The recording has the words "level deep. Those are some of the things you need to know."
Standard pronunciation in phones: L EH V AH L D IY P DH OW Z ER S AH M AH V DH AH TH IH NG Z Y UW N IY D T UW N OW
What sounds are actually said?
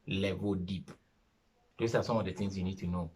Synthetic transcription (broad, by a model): L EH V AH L D IY P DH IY S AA S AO M AH V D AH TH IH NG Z Y UW N IY D T UW N OW